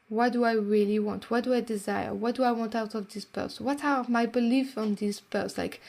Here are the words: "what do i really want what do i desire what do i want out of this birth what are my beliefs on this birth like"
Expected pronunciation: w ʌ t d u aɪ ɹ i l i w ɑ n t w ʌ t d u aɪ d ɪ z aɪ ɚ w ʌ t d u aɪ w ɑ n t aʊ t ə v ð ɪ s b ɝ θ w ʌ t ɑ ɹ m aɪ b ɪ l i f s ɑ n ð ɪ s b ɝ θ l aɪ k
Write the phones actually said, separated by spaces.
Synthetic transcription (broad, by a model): w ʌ t d u aɪ ɹ i l i w ɑ n t w ʌ t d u aɪ d ɪ z aɪ ɚ w ʌ t d u aɪ w ɑ n t aʊ t ə v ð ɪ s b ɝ s w ʌ t ɑ ɹ m aɪ b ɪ l i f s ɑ n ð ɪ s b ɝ s l aɪ k